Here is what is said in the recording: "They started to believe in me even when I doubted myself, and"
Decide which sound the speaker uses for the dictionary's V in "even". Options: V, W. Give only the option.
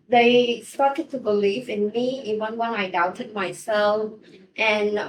W